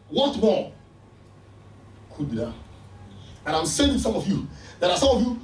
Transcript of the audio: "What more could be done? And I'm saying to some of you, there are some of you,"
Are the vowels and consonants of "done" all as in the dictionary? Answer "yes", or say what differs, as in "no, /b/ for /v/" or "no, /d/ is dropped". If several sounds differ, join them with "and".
no, /n/ is dropped